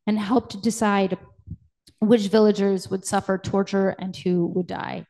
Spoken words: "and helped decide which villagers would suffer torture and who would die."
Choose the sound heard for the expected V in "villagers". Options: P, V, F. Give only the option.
V